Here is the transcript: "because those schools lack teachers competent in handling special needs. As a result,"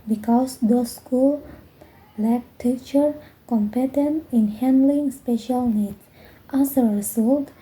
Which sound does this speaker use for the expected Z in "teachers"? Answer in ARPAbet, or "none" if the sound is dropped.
none